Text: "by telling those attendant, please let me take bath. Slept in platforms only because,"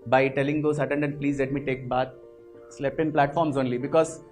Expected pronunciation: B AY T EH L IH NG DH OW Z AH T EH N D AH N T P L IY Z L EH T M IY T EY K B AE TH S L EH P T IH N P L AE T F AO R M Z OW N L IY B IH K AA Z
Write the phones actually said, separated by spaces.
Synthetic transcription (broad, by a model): B AY T EH L IH NG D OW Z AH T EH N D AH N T P L IY Z L EH T M IY T EY K B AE T S L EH P IH N P L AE T F AO R M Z OW N L IY B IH K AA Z